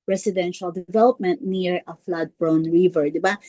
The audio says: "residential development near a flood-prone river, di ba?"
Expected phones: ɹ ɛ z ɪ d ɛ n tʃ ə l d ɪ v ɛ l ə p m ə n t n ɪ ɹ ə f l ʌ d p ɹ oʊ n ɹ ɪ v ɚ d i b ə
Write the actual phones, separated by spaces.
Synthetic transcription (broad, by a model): ɹ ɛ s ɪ d ɛ n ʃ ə l d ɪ v ɛ l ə p m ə n t n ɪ ɹ ə f l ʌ d b ɹ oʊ n ɹ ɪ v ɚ d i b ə